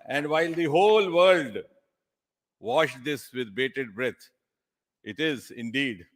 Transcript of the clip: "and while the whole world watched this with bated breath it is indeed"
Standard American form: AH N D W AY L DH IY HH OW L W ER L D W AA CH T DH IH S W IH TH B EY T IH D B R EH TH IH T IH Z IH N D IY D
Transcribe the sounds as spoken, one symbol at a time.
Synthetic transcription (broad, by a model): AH N D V AY L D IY HH OW L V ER L D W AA SH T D IH S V IH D B EY T IH D B R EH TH IH T IH Z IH N D IY D